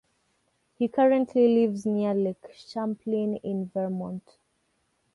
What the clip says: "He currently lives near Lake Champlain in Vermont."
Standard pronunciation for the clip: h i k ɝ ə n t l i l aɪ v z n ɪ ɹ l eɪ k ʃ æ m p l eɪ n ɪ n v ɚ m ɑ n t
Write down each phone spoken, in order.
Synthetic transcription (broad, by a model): h i k ɝ ə n t l i l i v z n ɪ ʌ l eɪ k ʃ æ m p l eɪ n ɪ n v ɚ m ɑ n t